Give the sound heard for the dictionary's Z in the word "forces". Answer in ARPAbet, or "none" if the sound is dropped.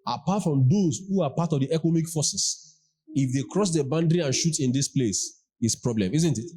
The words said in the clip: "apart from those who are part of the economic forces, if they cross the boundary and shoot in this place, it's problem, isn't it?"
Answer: S